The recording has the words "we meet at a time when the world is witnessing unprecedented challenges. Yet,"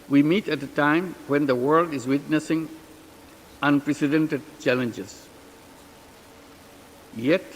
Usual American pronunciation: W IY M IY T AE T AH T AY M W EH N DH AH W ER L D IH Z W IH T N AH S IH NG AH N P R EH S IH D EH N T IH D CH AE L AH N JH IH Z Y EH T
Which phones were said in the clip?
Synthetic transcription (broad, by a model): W IY M IY T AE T AH T AY M W EH N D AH W ER L D IH Z W IH T N AH S IH NG AH N P R EH S IH D EH N T IH D CH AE L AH N JH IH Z Y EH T